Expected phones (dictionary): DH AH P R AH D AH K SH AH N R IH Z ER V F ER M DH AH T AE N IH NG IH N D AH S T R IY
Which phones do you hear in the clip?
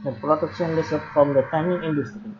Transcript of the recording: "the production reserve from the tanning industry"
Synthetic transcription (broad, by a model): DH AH P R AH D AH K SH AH N L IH S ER P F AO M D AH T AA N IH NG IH N D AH S T R IY